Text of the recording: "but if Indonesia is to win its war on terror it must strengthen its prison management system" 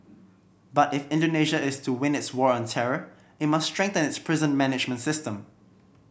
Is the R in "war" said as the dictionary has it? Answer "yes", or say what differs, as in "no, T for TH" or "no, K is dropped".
yes